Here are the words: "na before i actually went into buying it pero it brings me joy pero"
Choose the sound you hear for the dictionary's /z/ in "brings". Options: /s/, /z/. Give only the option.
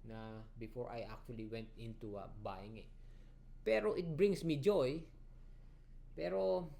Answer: /s/